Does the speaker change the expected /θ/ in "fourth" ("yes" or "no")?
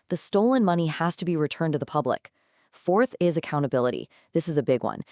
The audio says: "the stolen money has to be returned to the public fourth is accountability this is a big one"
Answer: no